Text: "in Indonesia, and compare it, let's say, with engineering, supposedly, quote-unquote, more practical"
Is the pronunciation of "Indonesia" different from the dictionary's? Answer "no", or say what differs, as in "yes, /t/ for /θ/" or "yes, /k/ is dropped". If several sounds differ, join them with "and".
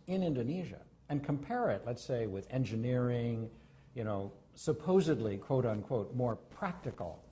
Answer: no